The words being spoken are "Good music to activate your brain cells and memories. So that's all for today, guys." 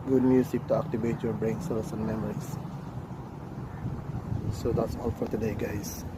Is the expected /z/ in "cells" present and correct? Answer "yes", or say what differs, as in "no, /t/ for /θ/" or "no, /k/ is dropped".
no, /s/ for /z/